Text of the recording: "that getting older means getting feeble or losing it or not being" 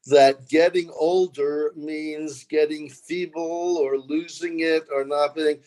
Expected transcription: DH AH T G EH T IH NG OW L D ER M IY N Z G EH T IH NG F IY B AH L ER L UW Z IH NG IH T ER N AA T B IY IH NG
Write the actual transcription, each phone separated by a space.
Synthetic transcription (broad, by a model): DH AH T G EH T IH NG OW L D ER M IY N Z G EH T IH NG F IY B L ER L UW Z IH NG IH T ER N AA T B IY IH NG